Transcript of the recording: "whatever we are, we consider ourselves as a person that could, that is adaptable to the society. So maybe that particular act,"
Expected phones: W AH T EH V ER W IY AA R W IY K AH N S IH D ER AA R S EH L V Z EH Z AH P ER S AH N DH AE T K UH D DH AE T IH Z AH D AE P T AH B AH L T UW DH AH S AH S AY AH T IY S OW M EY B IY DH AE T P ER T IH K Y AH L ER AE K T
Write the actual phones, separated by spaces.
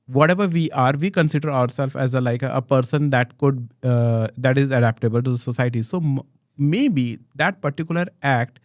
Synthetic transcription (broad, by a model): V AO T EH V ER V IY AA R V IY K AH N S IH D ER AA R S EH L F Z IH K AH P ER S AH N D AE T K UH D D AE T IH Z AH D AE P T AH B AH L T UW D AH S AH S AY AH T IY S OW M EY B IY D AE T P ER T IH K Y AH L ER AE K T